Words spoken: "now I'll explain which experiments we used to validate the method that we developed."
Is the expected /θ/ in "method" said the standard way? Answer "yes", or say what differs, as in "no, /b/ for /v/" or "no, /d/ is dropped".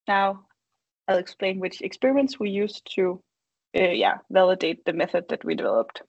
yes